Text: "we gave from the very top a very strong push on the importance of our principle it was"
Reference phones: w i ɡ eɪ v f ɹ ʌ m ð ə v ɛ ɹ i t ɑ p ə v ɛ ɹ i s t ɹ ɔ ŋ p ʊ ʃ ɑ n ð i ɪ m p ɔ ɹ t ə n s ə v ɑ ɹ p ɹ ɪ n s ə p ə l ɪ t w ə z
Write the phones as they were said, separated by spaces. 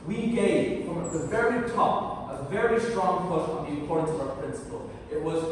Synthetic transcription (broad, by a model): w i ɡ eɪ v f ɹ ʌ m ð ə v ɛ ɹ i t ɑ p ə v ɛ ɹ i s t ɹ ɔ ŋ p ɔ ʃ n ð i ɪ p ɔ ɹ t n s ə v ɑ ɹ p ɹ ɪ n s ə p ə l ɪ t w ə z